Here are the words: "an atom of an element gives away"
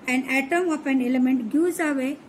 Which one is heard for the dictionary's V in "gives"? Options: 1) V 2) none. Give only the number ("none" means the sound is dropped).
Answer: 2